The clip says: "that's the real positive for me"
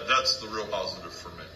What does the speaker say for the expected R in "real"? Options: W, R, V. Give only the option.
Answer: R